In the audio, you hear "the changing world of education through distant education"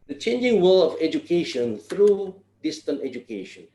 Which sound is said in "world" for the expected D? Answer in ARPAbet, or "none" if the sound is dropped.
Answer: none